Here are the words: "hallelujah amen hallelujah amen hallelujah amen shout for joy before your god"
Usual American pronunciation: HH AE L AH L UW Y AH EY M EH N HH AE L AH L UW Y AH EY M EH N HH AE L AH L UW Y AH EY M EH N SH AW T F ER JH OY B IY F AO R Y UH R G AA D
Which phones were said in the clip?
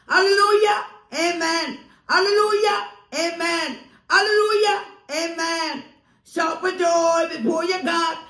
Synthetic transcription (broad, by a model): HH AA L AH L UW Y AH EY M EH N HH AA L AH L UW Y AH EY M EH N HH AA L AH L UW Y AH EY M EH N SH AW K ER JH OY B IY P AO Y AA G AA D